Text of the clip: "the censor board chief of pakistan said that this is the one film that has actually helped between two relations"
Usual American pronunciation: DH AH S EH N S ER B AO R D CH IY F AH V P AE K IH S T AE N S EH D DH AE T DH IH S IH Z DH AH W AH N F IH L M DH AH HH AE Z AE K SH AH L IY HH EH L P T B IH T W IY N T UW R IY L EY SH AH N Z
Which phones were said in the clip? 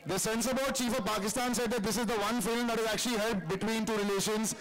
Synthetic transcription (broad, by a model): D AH S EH N S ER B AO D CH IY F AH V P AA K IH S T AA N S EH D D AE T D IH S IH Z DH AH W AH N F IH L M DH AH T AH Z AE K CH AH L IY HH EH L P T B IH T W IY N T UW R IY L EY SH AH N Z